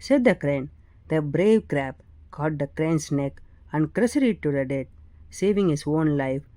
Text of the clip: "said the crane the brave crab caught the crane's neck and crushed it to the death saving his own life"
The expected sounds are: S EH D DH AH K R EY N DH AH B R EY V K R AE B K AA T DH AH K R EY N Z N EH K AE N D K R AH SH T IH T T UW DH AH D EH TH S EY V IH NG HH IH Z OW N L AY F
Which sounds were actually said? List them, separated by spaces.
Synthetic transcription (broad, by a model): S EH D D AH K R EY N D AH B R EY V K R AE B K AA T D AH K R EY N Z N EH K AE N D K R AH S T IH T T UW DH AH D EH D S EY V IH NG HH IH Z OW N L AY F